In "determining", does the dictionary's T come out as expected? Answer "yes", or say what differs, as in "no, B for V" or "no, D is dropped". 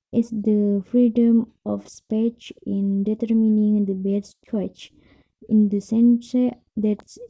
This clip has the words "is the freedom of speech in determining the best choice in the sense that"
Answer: yes